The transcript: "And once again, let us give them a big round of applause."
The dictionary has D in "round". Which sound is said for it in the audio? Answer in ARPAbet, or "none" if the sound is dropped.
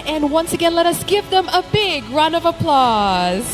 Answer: none